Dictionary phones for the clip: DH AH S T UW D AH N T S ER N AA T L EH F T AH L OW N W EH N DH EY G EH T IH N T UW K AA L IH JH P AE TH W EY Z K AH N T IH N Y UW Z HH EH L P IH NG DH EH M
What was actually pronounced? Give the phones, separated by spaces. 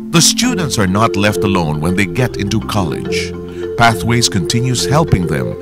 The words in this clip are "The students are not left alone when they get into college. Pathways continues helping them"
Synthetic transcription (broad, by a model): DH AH S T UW D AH N T S ER N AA T L EH F T AH L OW N W EH N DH EY G EH T IH N T UW K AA L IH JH P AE TH W EY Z K AH N T IH N Y UW Z HH EH L P IH NG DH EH M